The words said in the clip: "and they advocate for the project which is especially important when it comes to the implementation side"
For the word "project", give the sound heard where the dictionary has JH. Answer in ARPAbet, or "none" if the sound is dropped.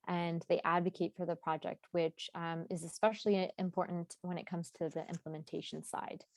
JH